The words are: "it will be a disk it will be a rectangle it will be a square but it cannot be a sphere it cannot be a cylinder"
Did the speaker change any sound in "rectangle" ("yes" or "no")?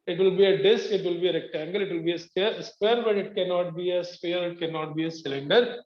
no